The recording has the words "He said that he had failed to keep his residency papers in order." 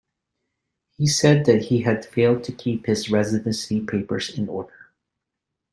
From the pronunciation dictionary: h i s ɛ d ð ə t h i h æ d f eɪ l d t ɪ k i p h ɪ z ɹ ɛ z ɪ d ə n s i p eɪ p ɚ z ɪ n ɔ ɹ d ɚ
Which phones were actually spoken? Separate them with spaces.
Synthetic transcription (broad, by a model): h i s ɛ d ð ə t h i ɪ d f eɪ l d t ɪ k i p h ɪ z ɹ ɛ z ɪ d ə n s i p eɪ p ɚ z ɪ n ɔ ɹ d ɚ